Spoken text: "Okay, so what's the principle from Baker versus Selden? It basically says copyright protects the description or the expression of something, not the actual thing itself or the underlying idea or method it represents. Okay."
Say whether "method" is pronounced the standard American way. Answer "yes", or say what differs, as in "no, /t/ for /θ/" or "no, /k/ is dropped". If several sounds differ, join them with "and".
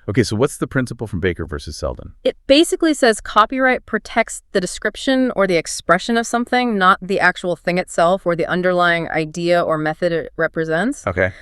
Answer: yes